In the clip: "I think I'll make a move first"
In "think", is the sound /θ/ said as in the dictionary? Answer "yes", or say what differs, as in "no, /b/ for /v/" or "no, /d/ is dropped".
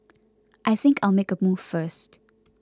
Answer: yes